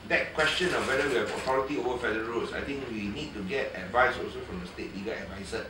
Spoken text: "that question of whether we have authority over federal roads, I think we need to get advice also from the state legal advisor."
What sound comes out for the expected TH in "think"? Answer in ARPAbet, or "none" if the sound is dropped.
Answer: T